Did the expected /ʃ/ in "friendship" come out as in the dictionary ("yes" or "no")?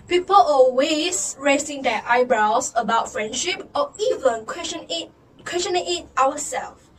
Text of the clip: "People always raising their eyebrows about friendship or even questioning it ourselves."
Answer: yes